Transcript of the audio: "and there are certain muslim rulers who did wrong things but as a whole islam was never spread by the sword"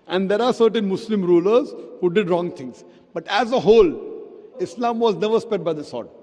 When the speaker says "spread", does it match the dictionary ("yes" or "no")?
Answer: no